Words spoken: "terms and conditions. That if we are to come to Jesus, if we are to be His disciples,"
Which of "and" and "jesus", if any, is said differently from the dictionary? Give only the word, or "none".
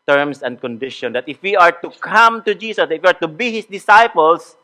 jesus